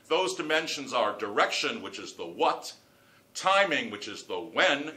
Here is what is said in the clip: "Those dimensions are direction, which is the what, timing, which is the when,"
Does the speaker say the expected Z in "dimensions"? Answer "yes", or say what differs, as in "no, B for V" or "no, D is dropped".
yes